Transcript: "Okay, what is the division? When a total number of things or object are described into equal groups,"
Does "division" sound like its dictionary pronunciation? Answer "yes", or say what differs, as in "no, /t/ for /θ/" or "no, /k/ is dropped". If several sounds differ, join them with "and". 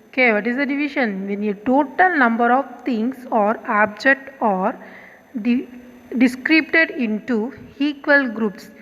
no, /ʃ/ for /ʒ/